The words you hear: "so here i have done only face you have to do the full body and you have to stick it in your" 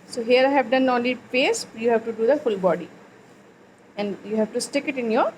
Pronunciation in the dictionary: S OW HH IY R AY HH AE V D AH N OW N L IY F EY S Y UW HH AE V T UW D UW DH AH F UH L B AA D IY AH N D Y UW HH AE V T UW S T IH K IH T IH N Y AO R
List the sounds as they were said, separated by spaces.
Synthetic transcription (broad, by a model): S OW HH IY R AY HH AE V D AH N OW N L IY P EY S Y UW HH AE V T UW D UW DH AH F UH L B AA D IY AH N D Y UW HH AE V T UW S T IH K IH T IH N Y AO R